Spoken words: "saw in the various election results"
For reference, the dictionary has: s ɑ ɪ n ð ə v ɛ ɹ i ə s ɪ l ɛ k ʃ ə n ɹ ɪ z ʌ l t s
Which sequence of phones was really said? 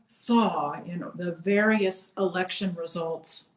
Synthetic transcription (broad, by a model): s ɑ ɪ n ð ə v ɛ ɹ i ə s ɪ l ɛ k ʃ ə n ɹ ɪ z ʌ l t s